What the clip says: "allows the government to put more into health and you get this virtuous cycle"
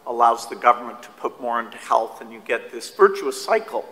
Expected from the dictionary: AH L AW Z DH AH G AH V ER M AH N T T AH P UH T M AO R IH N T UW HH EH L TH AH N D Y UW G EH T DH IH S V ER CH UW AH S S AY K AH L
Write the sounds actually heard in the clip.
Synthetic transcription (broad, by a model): AH L AW Z DH AH G AH V ER M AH N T T AH P UH T M AO R IH N T UW HH EH L TH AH N Y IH G EH T DH IH S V ER CH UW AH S S AY K L